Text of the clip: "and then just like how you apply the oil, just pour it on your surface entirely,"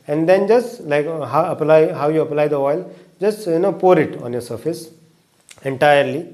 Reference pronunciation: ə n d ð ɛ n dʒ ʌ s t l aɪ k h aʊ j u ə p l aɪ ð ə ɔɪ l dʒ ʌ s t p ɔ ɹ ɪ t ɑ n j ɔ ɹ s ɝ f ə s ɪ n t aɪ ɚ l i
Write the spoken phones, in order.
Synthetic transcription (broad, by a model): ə n d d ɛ n dʒ ʌ s t l aɪ k h aʊ j u ə p l aɪ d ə ɔɪ l dʒ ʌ s t p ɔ ɹ ɪ t ɑ n j ɔ ɹ s ɝ f ə s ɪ n t aɪ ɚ l i